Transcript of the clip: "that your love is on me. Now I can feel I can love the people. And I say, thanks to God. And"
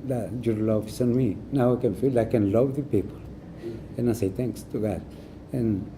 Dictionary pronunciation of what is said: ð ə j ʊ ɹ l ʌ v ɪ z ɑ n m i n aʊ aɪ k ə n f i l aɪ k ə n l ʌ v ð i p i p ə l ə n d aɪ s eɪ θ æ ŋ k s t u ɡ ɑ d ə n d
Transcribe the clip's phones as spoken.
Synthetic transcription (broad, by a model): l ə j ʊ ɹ l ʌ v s ɑ n m i n aʊ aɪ k ə n f i l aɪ k ə n l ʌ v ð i p i p ə l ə n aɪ s eɪ t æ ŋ k s t u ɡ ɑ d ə n